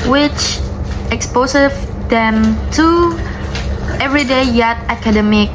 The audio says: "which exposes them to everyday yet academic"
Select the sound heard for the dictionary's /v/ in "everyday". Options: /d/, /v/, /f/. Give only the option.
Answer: /v/